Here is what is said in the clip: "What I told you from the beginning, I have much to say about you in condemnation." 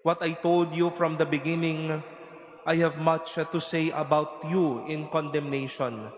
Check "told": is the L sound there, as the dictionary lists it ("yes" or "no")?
yes